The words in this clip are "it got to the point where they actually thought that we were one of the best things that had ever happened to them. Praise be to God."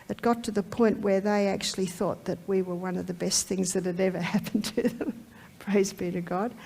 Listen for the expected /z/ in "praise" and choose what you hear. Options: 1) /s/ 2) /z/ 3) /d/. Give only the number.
2